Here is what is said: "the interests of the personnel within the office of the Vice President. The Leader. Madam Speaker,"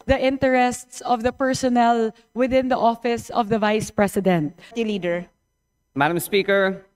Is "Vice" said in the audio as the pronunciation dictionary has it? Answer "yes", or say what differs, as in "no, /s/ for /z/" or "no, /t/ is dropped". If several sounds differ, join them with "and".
yes